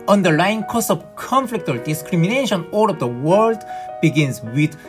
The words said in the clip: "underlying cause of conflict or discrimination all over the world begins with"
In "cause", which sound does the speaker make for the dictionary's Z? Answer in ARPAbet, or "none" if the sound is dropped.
S